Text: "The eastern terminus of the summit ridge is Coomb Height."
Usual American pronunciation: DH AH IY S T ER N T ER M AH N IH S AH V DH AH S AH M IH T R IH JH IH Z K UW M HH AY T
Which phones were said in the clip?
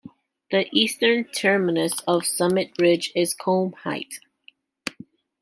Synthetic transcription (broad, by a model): DH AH IY S T ER N T ER M AH N IH S AH V S AH M IH T R IH JH IH Z K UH M HH AY T